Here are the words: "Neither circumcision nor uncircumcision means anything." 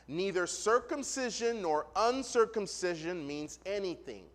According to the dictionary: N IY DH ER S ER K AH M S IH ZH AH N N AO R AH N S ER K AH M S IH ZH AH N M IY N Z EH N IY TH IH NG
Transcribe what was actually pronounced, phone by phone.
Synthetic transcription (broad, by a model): N IY DH ER S ER K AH M S IH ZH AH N N AO R AH N S ER K AH M S IH ZH AH N M IY N Z EH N IY TH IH NG